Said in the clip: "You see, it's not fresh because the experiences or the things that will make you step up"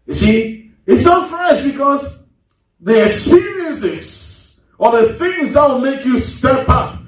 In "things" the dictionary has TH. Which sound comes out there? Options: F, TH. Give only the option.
TH